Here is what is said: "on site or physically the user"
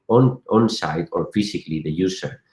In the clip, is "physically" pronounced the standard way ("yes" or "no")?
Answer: no